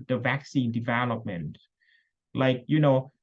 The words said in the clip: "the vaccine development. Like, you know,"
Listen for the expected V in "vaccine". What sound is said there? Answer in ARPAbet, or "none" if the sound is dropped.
V